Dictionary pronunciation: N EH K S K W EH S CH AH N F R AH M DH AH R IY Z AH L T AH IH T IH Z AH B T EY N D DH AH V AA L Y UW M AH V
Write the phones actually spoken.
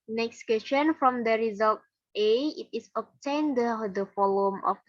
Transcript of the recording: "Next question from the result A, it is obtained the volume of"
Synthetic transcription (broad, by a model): N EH K S K W EH S CH AH N F R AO M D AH R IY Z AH L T AH IH T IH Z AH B T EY N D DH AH F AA L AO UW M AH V